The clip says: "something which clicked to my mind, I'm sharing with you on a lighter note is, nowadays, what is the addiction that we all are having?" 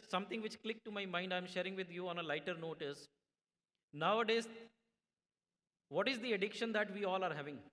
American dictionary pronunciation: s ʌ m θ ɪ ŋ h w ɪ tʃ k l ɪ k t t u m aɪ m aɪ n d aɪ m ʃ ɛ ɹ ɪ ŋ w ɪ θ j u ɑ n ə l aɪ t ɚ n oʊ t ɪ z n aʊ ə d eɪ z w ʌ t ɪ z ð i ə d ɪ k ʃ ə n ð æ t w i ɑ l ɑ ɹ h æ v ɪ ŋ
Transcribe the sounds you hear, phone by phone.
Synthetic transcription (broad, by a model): s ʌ m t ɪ ŋ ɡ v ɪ tʃ k l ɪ k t t u m aɪ m aɪ n d aɪ m ʃ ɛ ɹ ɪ ŋ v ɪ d j u ɑ n ə l aɪ t ɚ n oʊ t ɪ z n aʊ ə d eɪ z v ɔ t ɪ z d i ə d ɪ k ʃ ə n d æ t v i ɑ l ɑ ɹ h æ v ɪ ŋ